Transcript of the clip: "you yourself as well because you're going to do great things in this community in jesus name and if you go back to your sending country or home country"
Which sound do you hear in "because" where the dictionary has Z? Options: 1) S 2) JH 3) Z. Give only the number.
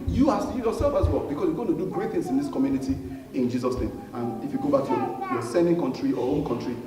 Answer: 1